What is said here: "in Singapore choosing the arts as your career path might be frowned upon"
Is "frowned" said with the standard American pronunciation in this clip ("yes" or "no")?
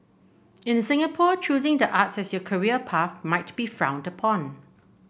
yes